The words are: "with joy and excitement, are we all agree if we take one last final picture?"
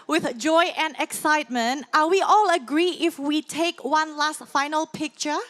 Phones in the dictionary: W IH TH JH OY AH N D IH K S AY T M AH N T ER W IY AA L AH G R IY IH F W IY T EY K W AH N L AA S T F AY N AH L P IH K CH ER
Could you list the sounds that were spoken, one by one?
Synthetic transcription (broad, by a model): W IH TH JH OY AH N D IH K S AY T M AH N T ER W IY AA L AH G R IY IH F W IY T EY K W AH N L AA S T F AY N AH L P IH K CH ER